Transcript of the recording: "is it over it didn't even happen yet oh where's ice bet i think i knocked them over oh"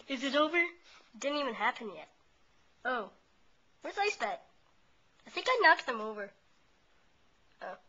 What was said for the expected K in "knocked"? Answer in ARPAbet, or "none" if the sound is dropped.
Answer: K